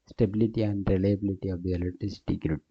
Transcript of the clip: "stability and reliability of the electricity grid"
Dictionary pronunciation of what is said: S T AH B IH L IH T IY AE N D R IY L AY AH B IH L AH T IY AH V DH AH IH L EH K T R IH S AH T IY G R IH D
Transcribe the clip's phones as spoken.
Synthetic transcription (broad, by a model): S T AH B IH L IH T IY AE N D R IY L AY AH B IH L AH T IY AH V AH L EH T IH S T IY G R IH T